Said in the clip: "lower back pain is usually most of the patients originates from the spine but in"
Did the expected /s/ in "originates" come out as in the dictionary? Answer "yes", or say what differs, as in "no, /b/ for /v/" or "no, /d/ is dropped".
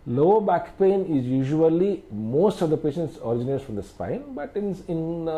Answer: no, /s/ is dropped